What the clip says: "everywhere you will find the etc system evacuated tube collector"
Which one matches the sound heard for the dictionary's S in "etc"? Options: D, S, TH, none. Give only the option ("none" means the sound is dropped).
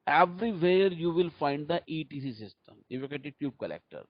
none